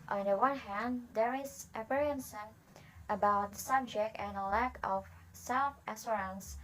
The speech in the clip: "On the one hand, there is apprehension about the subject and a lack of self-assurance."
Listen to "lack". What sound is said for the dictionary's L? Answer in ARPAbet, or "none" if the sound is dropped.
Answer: L